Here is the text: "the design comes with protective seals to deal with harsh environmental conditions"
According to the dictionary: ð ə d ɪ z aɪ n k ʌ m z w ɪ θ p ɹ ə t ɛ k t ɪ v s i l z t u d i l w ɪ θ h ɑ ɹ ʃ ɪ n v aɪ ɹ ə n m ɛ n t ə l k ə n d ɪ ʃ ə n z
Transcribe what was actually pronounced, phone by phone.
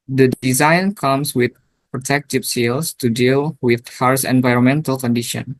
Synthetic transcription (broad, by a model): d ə d ɪ z aɪ n k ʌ m s w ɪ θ p ɹ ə t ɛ k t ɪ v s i l s t u d i l w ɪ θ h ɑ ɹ s ɪ n v aɪ ɹ ə n m ɛ n t ə l k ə n d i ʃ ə n